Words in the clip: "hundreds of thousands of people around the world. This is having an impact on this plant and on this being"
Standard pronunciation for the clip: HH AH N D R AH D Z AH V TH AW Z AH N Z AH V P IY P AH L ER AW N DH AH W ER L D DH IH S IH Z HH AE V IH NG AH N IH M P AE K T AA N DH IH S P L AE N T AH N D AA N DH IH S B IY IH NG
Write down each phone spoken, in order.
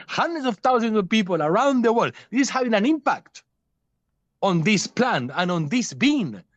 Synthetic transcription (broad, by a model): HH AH N D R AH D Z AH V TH AW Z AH N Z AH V P IY P AH L ER AW N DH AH W ER L D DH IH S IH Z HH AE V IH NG AH N IH M P AE K T AA N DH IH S P L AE N AH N AA N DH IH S B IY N